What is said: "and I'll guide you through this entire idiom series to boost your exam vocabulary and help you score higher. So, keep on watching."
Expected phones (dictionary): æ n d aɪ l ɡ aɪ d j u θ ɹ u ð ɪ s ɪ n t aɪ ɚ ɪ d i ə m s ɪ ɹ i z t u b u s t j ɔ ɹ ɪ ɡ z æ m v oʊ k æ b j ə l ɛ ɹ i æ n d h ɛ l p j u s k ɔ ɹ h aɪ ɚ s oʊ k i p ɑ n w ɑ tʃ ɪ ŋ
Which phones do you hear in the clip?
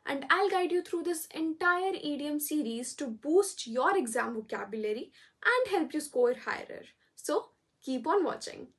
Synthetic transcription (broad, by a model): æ n d aɪ l ɡ aɪ d j u t ɹ u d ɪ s ɪ n t aɪ ɚ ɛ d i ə m s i ɹ i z t u b u s t j ɔ ɹ ɪ ɡ z æ m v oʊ k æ b j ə l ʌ ɹ i æ n d h ɛ l p j u s k ɔ ɹ h aɪ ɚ s oʊ k i p ɑ n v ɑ tʃ ɪ ŋ